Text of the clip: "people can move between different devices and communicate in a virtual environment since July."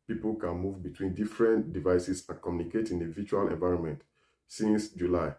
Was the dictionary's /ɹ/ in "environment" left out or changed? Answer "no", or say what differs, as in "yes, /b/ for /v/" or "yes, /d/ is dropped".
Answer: no